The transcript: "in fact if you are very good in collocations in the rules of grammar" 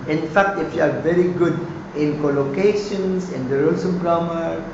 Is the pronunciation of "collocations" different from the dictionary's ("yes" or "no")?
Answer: yes